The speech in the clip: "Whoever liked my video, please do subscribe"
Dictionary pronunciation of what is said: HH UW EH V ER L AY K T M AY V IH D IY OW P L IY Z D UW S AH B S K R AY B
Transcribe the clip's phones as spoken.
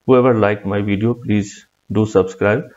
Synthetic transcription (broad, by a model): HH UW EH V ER L AY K M AY V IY D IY OW P L IY Z D UW S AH B S K R AY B